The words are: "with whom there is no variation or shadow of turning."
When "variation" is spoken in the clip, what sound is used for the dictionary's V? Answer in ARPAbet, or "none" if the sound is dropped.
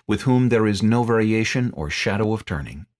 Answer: V